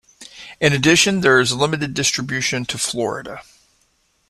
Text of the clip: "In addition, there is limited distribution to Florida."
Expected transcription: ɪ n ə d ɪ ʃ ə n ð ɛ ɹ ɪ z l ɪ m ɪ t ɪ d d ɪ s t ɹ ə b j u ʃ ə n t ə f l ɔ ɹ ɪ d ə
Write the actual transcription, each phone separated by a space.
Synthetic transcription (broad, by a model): ɪ n ə d ɪ ʃ ə n ð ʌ ɹ ɪ z l ɪ m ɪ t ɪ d d ɪ s t ɹ ə b j u ʃ ə n t ə f l ɔ ɹ ɪ d ə